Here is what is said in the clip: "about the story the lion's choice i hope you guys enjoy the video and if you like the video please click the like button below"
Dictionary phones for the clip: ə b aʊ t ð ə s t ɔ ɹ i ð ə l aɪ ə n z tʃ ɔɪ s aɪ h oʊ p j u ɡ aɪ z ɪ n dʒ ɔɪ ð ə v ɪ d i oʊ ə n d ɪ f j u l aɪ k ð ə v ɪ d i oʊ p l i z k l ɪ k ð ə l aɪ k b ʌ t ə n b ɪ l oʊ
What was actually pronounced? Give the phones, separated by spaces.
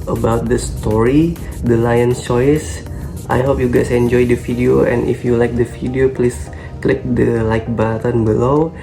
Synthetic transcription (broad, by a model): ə b aʊ t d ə s t ɔ ɹ i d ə l aɪ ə n tʃ ɔɪ s aɪ h oʊ p j u ɡ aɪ s ɪ n dʒ ɔɪ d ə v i d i oʊ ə n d ɪ f j u l aɪ k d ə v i d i oʊ p l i s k l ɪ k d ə l aɪ k b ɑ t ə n b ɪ l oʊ